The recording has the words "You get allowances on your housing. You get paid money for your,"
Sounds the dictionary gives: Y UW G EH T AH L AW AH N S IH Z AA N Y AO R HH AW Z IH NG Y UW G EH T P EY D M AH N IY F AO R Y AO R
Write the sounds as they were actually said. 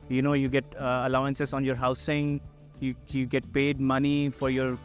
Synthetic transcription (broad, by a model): Y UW G EH T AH L AW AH N S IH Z AA N Y AO R HH AW S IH NG Y UW G EH T P EY D M AH N IY F AO R Y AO R